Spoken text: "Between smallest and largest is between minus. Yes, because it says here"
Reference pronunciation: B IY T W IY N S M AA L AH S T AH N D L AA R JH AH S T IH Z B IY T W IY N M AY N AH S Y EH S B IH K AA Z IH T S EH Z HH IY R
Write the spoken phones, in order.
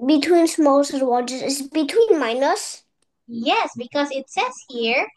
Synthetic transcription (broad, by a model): B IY T W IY N S M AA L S AH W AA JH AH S IH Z B IY T W IY N M AY N AH S Y EH S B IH K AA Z IH T S EH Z HH IY R